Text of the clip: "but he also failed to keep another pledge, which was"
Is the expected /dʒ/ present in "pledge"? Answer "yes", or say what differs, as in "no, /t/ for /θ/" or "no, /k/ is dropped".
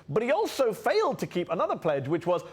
yes